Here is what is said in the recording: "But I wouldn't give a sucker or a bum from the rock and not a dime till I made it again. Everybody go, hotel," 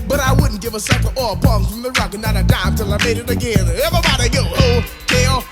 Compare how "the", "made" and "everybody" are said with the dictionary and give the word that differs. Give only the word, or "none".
everybody